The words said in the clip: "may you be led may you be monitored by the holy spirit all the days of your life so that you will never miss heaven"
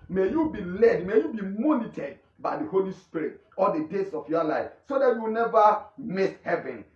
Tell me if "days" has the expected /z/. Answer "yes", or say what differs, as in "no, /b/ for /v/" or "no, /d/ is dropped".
no, /s/ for /z/